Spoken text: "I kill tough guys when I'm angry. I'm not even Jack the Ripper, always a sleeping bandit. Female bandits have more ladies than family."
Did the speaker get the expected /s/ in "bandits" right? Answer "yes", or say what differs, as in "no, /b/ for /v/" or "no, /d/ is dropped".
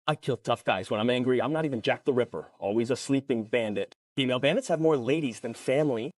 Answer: yes